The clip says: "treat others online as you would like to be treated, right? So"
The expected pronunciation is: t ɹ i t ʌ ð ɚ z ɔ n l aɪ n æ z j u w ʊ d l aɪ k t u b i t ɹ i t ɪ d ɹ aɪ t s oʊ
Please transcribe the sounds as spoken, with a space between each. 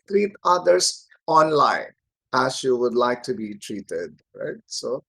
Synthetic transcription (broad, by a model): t ɹ i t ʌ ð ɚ s ɔ n l aɪ n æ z j u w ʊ d l aɪ k t u b i t ɹ i t ɪ d ɹ aɪ t s oʊ